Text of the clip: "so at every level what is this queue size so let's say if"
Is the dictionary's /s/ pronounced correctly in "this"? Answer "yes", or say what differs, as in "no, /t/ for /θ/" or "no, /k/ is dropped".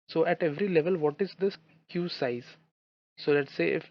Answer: no, /s/ is dropped